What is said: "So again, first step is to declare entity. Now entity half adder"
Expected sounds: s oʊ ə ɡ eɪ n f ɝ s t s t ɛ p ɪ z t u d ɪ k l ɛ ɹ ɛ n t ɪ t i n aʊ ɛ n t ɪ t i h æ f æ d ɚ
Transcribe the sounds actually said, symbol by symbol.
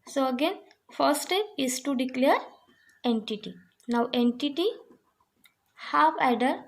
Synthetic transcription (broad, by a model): s oʊ ə ɡ eɪ n f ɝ t s t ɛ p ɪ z t u d ɪ k l ɛ ɹ ɛ n t ɪ t i n aʊ ɛ n t ɪ t i h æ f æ d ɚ